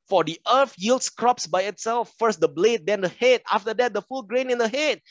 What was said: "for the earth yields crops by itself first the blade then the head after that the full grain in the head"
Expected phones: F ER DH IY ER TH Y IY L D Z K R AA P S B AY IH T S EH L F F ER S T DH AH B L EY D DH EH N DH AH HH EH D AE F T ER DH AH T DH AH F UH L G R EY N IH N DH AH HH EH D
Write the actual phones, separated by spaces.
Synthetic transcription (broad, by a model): F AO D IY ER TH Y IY L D S K R AA P S B AY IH T S EH L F F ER S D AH B L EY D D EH N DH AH HH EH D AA F T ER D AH T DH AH F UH L G R EY N IH N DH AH HH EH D